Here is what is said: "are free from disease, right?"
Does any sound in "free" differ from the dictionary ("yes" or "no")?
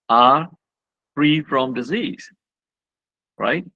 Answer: no